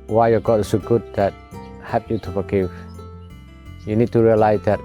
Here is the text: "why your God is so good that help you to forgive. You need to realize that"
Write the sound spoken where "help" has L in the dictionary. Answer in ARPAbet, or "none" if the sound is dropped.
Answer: none